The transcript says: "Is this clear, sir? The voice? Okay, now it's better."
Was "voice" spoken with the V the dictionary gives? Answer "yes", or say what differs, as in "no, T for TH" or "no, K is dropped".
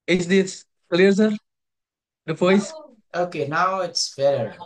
no, P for V